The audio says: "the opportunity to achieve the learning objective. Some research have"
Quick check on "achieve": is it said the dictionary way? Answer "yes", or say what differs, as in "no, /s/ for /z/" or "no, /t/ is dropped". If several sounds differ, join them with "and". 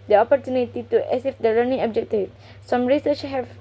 no, /s/ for /tʃ/